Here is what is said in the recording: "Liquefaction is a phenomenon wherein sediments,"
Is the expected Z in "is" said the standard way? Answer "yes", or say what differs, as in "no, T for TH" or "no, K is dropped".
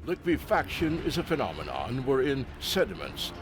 yes